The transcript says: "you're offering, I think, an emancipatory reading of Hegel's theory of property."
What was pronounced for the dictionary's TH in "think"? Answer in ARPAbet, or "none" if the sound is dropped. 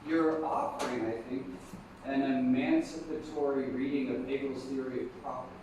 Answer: TH